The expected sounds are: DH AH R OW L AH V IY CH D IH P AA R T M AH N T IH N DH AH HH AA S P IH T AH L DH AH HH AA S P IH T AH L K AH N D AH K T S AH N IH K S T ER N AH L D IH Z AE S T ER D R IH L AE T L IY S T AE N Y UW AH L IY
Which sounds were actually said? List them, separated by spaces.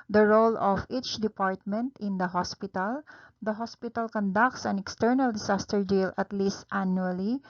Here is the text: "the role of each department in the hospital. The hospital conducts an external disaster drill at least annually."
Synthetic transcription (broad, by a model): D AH R OW L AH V IY CH D IH P AA R T M AH N T IH N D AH HH AA S P IH T AH L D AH HH AA S P IH T AH L K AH N D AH K T S AH N IH K S T ER N AH L D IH S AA S T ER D IY L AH T L IY S T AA N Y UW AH L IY